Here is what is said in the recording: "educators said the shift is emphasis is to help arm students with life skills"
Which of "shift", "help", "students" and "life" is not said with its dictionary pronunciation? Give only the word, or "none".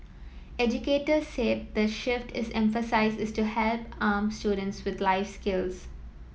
none